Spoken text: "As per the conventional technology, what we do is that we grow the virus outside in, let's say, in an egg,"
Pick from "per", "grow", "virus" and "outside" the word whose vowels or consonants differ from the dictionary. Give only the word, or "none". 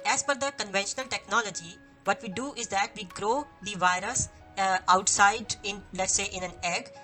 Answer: per